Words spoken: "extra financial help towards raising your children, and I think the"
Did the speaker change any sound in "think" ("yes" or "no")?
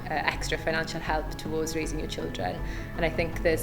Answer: no